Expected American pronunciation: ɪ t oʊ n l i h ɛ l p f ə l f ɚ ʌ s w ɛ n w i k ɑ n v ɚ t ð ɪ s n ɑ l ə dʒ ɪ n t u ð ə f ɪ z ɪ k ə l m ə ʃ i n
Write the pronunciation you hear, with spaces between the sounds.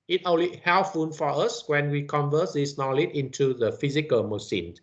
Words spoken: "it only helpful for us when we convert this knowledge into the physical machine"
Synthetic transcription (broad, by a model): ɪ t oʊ l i h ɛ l f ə n f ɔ ʌ s w ɛ n w i k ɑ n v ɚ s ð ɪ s n ɑ l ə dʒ ɪ n t u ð ə f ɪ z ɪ k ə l m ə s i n